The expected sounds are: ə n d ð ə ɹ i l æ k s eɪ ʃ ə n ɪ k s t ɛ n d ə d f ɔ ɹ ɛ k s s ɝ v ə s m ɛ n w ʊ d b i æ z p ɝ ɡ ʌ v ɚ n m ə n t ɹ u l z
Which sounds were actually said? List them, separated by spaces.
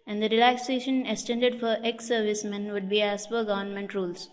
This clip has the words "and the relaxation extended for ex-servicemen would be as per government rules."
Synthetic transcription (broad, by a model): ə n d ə ɹ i l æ k s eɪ ʃ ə n ɪ k s t ɛ n d ə d f ɔ ɹ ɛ k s s ɝ v ə s m ɛ n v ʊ d b i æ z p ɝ ɡ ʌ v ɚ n m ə n t ɹ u l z